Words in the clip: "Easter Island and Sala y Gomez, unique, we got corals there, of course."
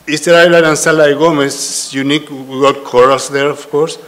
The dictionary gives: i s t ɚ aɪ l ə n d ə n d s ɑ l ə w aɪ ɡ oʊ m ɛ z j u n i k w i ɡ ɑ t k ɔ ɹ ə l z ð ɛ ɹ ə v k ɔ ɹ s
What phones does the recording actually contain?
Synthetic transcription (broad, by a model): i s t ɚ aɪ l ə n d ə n s ɑ l ə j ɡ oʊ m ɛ s j u n i k w i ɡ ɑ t k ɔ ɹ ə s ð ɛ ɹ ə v k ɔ ɹ s